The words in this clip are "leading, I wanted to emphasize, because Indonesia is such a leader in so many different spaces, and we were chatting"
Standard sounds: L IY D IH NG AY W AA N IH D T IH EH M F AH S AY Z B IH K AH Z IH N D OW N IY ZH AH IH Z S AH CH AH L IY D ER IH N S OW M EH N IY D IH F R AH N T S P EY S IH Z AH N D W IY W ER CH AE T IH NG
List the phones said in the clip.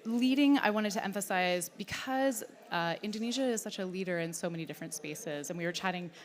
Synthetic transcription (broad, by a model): L IY D IH NG AY W AA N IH D T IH EH M F AH S AY Z B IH K AH Z IH N D OW N IY ZH AH IH Z S AH CH AH L IY D ER IH N S OW M EH N IY D IH F R AH N T S P EY S IH Z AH N W IY W ER CH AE T IH NG